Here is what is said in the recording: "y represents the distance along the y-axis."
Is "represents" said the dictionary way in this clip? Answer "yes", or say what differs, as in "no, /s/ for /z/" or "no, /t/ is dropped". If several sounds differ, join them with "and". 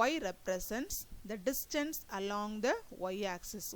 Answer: no, /s/ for /z/